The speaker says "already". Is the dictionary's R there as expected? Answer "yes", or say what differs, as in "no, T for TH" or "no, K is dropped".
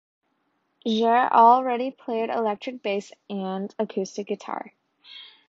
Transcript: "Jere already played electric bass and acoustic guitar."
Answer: yes